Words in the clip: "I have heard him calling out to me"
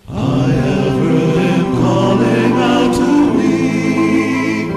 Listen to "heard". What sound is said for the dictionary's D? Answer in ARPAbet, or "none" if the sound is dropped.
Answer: none